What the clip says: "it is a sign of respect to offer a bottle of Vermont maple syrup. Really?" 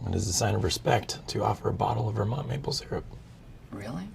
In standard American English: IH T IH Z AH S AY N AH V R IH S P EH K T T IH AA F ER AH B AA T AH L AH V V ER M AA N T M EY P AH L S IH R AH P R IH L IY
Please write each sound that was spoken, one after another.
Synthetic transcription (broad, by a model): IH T IH Z AH S AY N AH V R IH S P EH K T T IH AA F ER AH B AA T L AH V V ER M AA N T M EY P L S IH R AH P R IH L IY